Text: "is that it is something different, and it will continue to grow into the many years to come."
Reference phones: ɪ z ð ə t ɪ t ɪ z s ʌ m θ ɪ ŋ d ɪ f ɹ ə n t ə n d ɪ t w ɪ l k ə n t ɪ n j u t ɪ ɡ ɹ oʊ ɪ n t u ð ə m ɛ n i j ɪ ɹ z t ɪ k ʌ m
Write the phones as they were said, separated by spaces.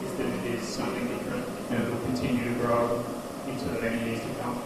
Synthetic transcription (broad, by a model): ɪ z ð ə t ɪ t ɪ z s ʌ m θ ɪ ŋ d ɪ f ɹ ə n t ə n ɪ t w ɪ l k ə n t ɪ n j u t ɪ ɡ ɹ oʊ ɪ n t u ð ə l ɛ i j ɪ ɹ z t ɪ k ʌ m